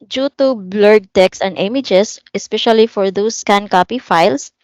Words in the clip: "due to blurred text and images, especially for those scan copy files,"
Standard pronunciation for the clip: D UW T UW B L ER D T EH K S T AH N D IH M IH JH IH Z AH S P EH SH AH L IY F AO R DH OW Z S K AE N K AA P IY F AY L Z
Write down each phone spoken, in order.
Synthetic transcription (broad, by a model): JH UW T UW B L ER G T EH K S AH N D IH M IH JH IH S AH S P EH SH AH L IY F AO R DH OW S K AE N K AA P IY F AY L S